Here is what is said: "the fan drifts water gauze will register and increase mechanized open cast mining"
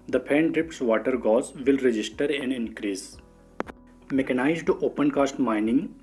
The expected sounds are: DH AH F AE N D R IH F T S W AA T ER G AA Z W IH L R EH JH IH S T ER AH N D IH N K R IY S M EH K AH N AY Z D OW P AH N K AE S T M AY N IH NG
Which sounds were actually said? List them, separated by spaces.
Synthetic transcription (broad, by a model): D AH P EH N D R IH P T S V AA T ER G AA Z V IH L R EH JH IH S T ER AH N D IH N K R IY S M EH K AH N AY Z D OW P AH N K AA S T M AY N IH NG